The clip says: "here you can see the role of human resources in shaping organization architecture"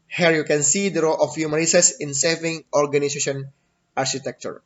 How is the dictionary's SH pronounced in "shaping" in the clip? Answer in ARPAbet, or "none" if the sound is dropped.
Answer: S